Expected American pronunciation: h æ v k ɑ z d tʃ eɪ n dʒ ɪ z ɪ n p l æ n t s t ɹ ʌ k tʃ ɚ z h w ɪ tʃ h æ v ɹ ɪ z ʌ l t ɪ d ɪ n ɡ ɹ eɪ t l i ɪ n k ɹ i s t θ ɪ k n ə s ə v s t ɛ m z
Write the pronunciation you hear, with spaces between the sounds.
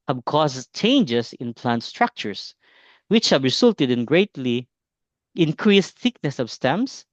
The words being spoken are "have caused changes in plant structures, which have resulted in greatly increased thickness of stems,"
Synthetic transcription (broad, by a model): h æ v k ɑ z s tʃ eɪ n dʒ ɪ s ɪ n p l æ n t s t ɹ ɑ k tʃ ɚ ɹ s w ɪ tʃ h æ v ɹ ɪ s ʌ l t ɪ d ɪ n ɡ ɹ eɪ t l i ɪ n k ɹ i s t θ ɪ k n ə s ə v s t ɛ m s